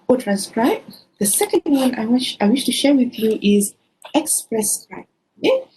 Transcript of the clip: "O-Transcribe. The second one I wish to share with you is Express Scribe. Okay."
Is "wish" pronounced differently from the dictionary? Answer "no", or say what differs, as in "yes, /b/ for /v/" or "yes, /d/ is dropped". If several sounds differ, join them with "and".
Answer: no